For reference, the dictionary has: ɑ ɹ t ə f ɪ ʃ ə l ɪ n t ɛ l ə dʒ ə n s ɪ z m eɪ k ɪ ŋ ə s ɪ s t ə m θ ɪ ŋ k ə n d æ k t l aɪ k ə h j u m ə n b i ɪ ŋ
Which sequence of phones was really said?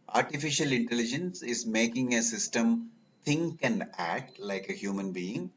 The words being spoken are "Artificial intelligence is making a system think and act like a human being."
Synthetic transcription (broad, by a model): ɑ ɹ t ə f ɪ ʃ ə l ɪ n t ɛ l ə dʒ ə n s ɪ z m eɪ k ɪ ŋ ə s ɪ s t ə m t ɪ ŋ k ə n d æ k t l aɪ k ə h j u m ə n b i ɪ ŋ